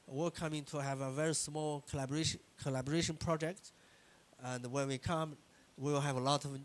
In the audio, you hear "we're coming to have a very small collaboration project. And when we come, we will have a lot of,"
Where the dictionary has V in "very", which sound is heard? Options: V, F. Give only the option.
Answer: V